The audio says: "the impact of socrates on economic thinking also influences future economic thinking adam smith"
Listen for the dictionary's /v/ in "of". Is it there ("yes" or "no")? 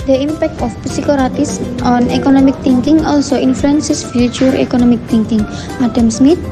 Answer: no